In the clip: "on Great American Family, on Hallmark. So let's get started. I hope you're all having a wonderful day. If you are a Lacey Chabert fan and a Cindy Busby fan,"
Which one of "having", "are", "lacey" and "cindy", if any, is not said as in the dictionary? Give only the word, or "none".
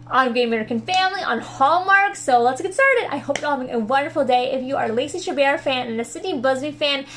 cindy